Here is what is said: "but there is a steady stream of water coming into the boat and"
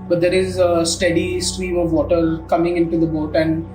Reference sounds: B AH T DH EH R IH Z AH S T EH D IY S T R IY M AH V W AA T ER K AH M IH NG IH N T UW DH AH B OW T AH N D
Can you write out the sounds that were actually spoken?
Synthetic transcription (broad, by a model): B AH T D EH R IH Z AH S T EH D IY S T R IY M AH V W AA T ER K AH M IH NG IH N T UW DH AH B OW T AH N D